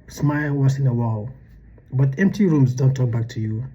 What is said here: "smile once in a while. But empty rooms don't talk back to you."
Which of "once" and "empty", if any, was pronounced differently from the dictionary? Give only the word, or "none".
once